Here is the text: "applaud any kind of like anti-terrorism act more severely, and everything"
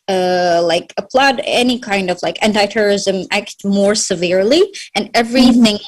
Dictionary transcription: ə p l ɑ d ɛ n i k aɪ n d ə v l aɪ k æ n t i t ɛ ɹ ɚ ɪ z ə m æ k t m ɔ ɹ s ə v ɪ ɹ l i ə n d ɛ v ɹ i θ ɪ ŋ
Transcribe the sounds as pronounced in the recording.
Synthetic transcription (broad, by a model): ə p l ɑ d ɛ n i k aɪ n d ə v l aɪ k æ n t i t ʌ ɹ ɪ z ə m æ k t m ɔ ɹ s ə v ɪ ɹ l i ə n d ɛ v ɹ i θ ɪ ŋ